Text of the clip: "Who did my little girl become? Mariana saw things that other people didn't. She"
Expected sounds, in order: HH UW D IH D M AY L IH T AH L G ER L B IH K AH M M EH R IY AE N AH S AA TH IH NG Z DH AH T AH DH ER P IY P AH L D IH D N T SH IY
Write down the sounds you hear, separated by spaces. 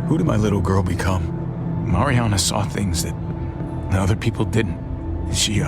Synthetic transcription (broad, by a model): HH UW D IH D M AY L IH T L G ER L B IH K AH M M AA R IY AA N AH S AA TH IH NG Z DH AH T AH DH ER P IY P L D IH D N T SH IY